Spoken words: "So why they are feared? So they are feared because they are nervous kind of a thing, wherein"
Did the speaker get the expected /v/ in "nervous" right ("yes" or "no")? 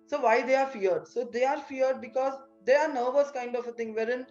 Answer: yes